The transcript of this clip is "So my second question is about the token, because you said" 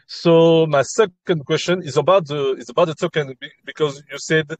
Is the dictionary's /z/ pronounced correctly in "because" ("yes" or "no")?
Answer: yes